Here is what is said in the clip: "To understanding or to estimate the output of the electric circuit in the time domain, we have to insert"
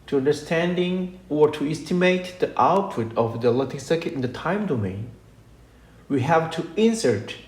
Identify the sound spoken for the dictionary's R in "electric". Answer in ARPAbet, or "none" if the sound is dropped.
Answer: none